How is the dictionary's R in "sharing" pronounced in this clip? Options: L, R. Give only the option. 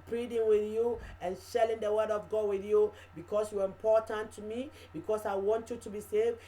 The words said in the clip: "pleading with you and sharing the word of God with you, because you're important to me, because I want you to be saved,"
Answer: L